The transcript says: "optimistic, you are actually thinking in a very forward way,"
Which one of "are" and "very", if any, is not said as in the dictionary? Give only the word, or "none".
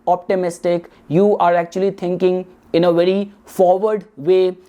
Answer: none